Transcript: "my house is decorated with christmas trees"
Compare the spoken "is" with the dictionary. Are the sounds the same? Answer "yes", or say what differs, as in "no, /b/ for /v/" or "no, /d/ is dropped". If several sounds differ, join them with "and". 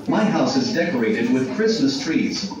yes